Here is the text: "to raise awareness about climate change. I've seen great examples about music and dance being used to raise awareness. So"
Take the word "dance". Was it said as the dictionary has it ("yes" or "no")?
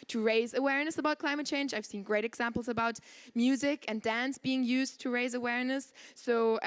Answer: yes